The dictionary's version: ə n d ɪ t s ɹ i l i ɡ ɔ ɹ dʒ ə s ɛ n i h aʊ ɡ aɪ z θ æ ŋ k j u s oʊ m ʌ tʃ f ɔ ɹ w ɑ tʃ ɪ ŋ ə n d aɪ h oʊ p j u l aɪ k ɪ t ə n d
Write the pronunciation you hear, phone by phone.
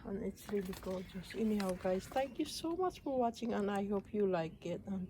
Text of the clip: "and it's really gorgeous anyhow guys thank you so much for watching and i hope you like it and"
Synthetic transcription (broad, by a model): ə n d ɪ t s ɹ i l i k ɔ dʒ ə s ɛ n i h aʊ ɡ aɪ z t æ ŋ k j u s oʊ m ʌ tʃ f ɔ ɹ w ɑ tʃ ɪ ŋ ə n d aɪ h oʊ p j u l aɪ k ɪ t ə n